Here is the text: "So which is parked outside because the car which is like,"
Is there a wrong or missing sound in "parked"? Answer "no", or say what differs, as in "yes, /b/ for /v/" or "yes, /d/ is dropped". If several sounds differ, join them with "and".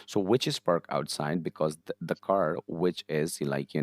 yes, /t/ is dropped